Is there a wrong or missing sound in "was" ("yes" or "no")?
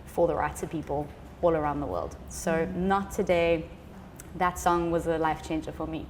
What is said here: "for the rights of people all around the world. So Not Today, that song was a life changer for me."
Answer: no